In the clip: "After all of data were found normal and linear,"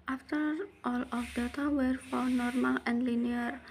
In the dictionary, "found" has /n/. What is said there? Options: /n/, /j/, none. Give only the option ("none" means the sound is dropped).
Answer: none